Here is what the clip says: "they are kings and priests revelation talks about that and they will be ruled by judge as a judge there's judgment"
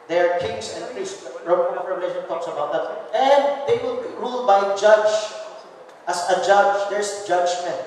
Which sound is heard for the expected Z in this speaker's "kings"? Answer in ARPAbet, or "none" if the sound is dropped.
S